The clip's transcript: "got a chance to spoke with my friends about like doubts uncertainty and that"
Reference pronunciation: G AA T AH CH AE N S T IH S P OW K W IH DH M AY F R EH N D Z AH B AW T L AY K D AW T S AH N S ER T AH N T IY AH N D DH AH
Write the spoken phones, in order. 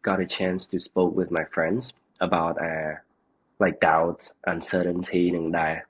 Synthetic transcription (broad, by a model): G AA T AH CH AE N S T IH S P OW K W IH DH M AY F R EH N D Z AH B AW T L AY K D AW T S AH N S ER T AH N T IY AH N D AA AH